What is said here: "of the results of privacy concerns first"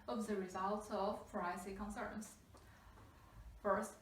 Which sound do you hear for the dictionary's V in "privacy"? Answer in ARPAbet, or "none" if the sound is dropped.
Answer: none